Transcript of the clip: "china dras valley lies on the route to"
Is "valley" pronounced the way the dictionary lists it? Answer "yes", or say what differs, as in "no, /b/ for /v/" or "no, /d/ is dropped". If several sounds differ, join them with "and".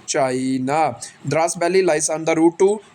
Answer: no, /b/ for /v/